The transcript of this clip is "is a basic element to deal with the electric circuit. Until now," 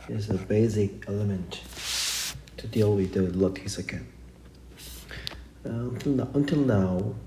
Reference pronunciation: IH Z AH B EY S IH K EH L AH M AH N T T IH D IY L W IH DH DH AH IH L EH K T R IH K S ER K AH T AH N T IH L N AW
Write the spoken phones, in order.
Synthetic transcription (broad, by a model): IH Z AH B EY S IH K EH L AH M AH N T T IH D IY L W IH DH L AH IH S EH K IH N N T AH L AH N T IH L N AW